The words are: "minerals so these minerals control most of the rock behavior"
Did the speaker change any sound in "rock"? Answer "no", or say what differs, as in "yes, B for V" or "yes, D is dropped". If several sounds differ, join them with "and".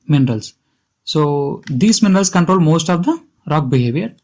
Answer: no